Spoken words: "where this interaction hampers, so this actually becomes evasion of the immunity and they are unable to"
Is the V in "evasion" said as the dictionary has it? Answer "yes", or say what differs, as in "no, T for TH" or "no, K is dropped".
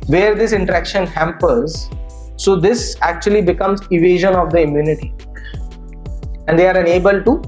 yes